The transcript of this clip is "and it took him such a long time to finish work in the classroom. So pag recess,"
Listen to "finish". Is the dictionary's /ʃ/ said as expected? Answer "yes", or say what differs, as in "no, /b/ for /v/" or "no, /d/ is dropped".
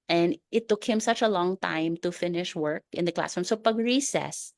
yes